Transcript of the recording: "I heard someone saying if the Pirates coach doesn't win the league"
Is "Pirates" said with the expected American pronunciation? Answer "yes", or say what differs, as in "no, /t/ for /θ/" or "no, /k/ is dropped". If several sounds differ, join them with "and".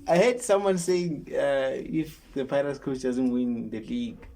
no, /l/ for /ɹ/